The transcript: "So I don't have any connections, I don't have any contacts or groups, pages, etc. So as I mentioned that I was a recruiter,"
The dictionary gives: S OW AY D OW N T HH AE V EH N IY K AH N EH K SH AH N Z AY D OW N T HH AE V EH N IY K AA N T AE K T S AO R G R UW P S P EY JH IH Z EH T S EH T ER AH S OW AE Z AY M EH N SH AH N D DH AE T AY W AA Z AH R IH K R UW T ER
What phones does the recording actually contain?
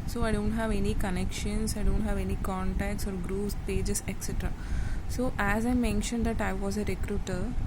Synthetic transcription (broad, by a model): S OW AY D OW N T HH AE V EH N IY K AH N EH K SH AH N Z AY D OW N T HH AE V EH N IY K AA N T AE K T S AO R G R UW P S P EY JH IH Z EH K S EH T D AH S OW AE Z AY M EH N SH AH N D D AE T AY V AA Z AH R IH K R UW T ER